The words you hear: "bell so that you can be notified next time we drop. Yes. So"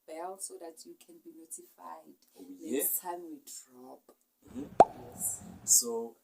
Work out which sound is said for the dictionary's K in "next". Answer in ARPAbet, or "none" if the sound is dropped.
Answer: none